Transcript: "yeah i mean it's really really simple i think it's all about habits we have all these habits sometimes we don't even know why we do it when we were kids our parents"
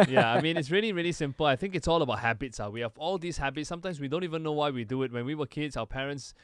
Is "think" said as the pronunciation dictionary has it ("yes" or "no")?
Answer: yes